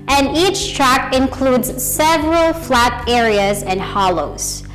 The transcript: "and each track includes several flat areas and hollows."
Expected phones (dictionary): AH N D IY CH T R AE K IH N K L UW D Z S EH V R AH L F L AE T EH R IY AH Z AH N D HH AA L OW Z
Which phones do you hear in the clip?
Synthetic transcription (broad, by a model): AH N D IY CH T R AE K IH N K L UW D Z S EH V R AH L F L AE T EH R IY AH Z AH N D HH AA L OW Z